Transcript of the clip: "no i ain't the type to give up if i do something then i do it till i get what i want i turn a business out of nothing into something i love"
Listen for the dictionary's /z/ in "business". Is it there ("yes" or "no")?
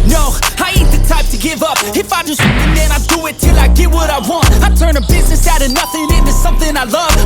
yes